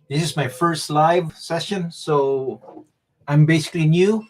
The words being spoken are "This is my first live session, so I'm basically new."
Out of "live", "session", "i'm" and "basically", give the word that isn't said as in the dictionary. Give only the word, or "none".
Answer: none